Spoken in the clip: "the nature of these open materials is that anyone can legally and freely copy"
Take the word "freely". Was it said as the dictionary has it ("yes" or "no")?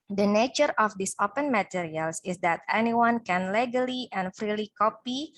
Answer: yes